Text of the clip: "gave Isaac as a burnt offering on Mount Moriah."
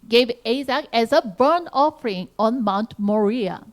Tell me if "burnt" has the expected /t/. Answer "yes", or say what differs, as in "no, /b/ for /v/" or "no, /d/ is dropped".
no, /t/ is dropped